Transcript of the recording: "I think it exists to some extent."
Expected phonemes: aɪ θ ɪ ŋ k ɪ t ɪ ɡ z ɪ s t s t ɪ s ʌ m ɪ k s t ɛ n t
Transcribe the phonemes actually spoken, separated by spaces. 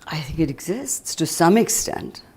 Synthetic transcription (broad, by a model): aɪ θ ɪ ŋ k ɪ t ɪ ɡ z ɪ s t s t ɪ s ʌ m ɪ k s t ɛ n t